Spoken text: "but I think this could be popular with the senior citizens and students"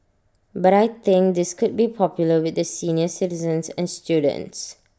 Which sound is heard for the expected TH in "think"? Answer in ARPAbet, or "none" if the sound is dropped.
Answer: T